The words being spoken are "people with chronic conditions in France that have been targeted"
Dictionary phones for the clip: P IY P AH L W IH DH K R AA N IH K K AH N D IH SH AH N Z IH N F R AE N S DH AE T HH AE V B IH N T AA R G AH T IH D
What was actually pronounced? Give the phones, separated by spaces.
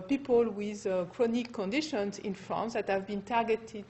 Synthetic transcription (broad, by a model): P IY P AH L W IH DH K R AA N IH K K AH N D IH SH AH N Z IH N F R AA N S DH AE T HH AE V B IH N T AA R G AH T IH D